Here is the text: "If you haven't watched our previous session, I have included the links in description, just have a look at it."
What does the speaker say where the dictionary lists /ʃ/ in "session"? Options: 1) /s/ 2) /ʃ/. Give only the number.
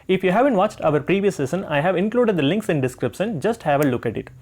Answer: 1